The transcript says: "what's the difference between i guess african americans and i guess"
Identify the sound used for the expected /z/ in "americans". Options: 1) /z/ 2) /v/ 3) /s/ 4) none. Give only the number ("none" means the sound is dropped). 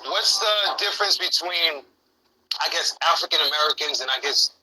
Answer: 1